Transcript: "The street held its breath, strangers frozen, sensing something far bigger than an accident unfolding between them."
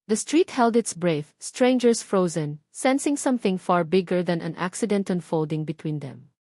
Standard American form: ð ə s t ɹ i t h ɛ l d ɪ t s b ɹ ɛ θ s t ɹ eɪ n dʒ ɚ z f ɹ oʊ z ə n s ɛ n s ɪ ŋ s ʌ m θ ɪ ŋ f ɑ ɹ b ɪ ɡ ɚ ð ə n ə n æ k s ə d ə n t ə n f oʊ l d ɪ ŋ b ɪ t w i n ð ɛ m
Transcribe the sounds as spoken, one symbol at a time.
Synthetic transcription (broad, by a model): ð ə s t ɹ i t h ɛ l d ɪ t s b ɹ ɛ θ s t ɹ eɪ n dʒ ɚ s f ɹ oʊ z ə n s ɛ n s ɪ ŋ s ʌ m θ ɪ ŋ f ɑ ɹ b ɪ ɡ ɚ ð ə n ə n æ k s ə d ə n t ə n f oʊ l d ɪ ŋ b ɪ t w i n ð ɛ m